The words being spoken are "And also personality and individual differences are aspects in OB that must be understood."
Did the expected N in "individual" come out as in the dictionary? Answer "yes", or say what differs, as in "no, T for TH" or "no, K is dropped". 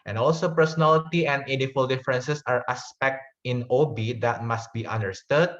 no, N is dropped